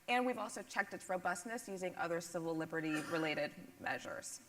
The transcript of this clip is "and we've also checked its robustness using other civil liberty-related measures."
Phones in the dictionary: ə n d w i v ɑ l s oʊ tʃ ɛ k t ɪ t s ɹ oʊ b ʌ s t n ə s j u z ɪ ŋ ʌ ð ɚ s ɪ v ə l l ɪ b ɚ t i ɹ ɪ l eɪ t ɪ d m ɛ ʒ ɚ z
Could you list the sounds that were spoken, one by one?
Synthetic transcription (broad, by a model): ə n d w i v ɑ l s oʊ tʃ ɛ k t ɪ t s ɹ oʊ b ʌ s t n ə s j u z ɪ ŋ ʌ ð ɚ s ɪ v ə l l ɪ b ɚ t i ɹ ɪ l eɪ t ɪ d m ɛ ʒ ɚ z